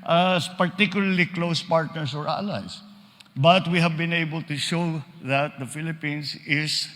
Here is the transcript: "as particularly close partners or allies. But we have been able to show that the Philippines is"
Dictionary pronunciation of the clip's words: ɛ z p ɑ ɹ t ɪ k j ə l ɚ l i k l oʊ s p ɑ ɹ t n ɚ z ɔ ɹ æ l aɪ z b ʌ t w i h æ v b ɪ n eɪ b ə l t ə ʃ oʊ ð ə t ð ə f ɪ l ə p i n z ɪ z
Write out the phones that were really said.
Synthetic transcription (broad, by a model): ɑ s p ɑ ɹ t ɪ k j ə l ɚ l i k l oʊ s p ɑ ɹ t n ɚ s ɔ ɹ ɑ l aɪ s b ʌ t w i h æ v b ɪ n eɪ b ə l t ə ʃ oʊ ð ə t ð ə f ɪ l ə p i n s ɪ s